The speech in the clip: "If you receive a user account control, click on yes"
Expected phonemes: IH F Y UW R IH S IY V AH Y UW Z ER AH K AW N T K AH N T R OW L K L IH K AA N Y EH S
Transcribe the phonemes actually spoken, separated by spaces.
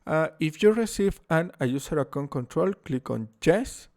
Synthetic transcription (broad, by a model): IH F Y UW R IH S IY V AH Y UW S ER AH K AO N K AH N T R OW L K L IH K AA N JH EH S